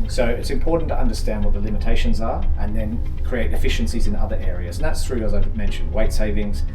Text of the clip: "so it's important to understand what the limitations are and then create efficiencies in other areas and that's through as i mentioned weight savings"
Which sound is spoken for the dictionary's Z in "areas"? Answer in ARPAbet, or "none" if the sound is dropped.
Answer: Z